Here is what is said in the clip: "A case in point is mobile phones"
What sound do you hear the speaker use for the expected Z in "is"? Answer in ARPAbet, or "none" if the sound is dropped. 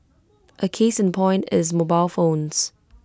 Z